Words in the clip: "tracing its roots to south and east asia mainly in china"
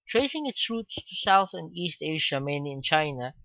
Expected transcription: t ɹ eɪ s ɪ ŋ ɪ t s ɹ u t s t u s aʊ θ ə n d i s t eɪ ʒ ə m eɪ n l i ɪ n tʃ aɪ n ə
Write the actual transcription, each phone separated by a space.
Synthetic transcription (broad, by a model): t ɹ eɪ s ɪ ŋ ɪ t s ɹ u t s t u s aʊ θ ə n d i s t eɪ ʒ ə m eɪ n i ɪ n tʃ aɪ n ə